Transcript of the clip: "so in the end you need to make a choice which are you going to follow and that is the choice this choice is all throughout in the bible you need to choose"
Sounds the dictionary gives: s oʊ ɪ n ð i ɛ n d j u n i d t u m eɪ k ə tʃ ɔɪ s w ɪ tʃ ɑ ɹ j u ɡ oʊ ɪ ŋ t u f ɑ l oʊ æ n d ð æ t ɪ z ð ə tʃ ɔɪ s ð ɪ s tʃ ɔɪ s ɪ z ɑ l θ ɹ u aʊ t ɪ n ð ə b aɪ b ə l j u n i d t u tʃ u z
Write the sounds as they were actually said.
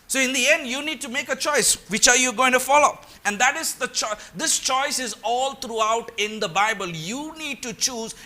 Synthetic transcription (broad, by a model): s oʊ ɪ n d i ɛ n d j u n i d t u m eɪ k ə tʃ ɔɪ s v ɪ tʃ ɑ ɹ j u ɡ oʊ ɪ ŋ t u f ɑ l oʊ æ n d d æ t ɪ z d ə tʃ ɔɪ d ɪ s tʃ ɔɪ s ɪ z ɑ l t ɹ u aʊ t ɪ n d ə b aɪ b ə l j u n i d t u tʃ u z